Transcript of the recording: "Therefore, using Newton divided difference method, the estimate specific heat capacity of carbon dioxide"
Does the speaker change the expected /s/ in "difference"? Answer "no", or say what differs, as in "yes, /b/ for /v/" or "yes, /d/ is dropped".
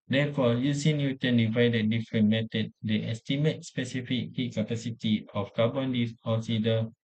yes, /s/ is dropped